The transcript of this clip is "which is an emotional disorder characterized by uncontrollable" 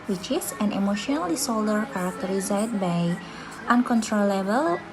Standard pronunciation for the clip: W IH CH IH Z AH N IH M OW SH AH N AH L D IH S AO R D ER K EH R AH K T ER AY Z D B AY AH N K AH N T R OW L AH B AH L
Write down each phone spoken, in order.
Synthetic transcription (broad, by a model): W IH CH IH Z AH N IH M OW SH AH N AH L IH S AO L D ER K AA R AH K T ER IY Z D B AY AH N K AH N T R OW L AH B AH L